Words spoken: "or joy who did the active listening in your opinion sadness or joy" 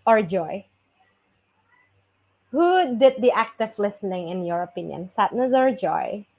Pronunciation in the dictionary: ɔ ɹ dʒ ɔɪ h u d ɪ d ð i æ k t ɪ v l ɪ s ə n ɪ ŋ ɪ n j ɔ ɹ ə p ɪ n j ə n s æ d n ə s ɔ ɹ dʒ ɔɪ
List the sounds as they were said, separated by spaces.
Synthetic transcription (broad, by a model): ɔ ɹ dʒ ɔɪ h u d ɪ d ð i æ k t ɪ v l ɪ s ə n ɪ ŋ ɪ n j ɔ ɹ ə p ɪ n j ə n s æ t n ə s ɔ ɹ dʒ ɔɪ